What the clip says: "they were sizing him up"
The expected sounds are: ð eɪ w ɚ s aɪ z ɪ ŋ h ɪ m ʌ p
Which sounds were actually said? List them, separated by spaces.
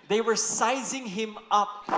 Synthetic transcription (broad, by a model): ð eɪ w ɚ s aɪ z ɪ ŋ h ɪ m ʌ p